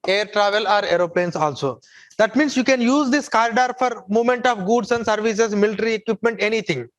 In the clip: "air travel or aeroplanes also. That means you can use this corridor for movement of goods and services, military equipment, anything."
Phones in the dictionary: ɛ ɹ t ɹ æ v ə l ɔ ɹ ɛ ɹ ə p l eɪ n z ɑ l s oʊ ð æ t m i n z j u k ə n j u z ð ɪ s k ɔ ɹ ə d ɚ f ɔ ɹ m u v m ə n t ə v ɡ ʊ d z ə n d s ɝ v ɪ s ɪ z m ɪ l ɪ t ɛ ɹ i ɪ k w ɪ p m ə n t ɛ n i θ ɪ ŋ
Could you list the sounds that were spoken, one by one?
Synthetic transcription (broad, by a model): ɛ ɹ t ɹ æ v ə l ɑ ɹ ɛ ɹ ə p l eɪ n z ɑ l s oʊ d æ t m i n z j u k ə n j u z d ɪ s k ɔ ɹ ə d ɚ f ɔ ɹ m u m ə n t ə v ɡ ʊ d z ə n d s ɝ v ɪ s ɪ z m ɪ l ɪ t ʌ ɹ i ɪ k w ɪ p m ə n t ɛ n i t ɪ ŋ